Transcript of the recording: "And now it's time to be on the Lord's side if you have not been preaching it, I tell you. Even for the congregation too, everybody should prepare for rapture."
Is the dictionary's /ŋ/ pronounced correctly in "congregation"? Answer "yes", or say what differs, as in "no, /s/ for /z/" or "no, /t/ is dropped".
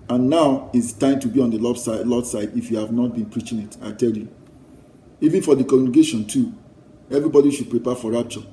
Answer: no, /ŋ/ is dropped